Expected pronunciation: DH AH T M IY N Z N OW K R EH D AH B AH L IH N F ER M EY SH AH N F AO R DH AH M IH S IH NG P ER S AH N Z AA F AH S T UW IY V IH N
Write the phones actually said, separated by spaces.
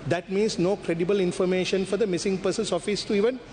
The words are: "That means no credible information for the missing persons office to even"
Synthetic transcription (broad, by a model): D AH T M IY N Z N OW K R EH D AH B AH L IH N F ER M EY SH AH N F AO R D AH M IH S IH NG P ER S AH N S AA F AH S T UW IY V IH N